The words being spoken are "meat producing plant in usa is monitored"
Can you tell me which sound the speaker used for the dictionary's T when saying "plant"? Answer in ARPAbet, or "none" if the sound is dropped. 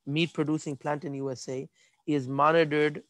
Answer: T